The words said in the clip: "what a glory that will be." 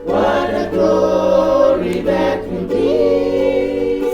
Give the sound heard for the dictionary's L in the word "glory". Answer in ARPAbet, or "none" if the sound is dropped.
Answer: none